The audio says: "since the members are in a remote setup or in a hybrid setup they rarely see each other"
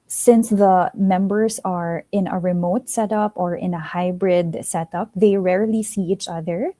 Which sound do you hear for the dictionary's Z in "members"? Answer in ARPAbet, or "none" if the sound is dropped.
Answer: S